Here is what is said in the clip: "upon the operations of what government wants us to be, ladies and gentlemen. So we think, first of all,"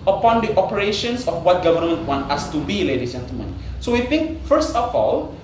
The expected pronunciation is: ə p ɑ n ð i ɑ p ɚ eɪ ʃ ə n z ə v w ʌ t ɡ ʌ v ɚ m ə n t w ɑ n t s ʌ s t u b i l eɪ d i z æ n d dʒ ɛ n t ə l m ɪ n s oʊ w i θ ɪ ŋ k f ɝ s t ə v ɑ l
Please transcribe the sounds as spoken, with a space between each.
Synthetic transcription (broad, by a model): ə p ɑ n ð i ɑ p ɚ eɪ ʃ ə n s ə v w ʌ t ɡ ʌ v ɚ m ə n t w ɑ n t ʌ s t u b i l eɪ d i dʒ ɛ n t ə l m ɪ n s oʊ w i θ ɪ ŋ k f ɝ s t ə f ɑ l